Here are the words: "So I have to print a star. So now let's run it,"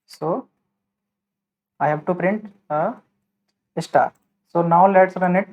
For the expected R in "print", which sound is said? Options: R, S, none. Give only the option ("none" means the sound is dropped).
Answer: R